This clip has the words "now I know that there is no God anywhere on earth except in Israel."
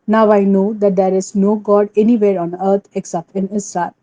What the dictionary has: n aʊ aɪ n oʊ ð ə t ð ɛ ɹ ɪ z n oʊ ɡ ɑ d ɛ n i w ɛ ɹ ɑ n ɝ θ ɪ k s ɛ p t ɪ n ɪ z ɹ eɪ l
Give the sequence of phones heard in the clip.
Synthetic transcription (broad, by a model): n aʊ aɪ n oʊ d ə t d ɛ ɹ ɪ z n oʊ ɡ ɑ d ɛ n i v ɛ ɹ ɑ n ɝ t ɪ k s ɛ p t ɪ n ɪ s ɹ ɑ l